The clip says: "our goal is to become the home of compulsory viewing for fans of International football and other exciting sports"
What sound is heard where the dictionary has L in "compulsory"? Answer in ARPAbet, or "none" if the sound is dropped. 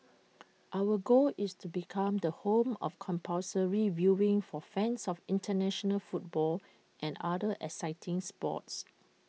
none